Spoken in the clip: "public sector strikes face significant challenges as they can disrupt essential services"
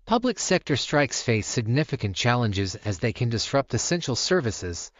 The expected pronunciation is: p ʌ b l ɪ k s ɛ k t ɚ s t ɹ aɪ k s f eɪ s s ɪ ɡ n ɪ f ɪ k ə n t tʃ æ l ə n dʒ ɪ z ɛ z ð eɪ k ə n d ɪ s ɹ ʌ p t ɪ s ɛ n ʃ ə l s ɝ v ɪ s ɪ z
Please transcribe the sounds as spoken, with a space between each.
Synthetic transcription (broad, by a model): p ʌ b l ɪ k s ɛ k t ɚ s t ɹ aɪ k s f eɪ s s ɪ ɡ n ɪ f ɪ k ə n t tʃ æ l ə n dʒ ɪ z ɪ z ð eɪ k ə n d ɪ s ɹ ʌ p t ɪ s ɛ n ʃ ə l s ɝ v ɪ s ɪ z